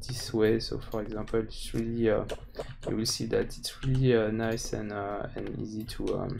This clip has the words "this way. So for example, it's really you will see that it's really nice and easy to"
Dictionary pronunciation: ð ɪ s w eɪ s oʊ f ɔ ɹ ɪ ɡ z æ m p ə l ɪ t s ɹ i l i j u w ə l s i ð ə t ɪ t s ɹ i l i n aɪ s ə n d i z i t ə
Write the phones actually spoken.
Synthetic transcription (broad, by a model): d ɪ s w eɪ s oʊ f ɔ ɹ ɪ ɡ z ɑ p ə l ɪ t s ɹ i l i j u w ə l s i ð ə t ɪ t s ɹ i l i n aɪ s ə n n i z i t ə